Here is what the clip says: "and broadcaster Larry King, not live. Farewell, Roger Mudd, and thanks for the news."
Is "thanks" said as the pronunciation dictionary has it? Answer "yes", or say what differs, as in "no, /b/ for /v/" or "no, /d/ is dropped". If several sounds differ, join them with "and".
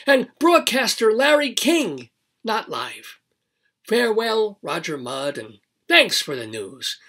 yes